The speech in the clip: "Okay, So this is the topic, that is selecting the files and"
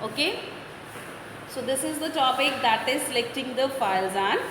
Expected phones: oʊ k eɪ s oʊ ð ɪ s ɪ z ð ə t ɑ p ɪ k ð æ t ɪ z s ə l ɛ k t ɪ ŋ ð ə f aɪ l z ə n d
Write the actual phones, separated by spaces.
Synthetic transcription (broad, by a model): oʊ k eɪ s oʊ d ɪ s ɪ z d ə t ɑ p ɪ k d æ t ɪ z s ə l ɛ k t ɪ ŋ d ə f aɪ l z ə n